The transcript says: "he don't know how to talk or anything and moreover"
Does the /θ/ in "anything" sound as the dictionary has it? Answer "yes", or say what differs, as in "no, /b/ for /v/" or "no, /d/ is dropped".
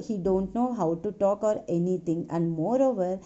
no, /t/ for /θ/